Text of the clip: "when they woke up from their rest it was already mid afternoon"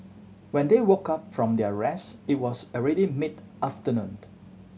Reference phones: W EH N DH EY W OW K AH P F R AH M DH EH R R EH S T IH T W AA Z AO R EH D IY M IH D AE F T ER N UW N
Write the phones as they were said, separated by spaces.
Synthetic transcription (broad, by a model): W EH N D EY W OW K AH P F R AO M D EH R R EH S IH T W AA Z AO R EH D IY M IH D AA F T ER N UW N